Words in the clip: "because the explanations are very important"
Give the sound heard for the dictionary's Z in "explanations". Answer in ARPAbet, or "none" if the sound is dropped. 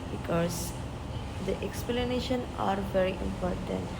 none